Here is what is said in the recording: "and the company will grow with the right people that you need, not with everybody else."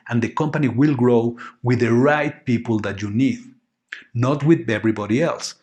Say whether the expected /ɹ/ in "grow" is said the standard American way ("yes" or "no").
yes